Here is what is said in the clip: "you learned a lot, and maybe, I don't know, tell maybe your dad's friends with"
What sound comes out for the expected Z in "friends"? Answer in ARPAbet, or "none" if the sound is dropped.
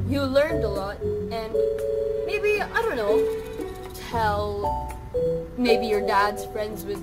Z